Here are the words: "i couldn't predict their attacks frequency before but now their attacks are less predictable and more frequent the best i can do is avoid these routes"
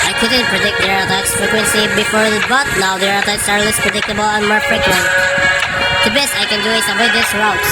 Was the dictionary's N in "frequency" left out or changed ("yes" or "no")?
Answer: no